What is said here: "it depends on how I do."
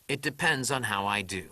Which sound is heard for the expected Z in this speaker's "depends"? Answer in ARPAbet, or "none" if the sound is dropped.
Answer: Z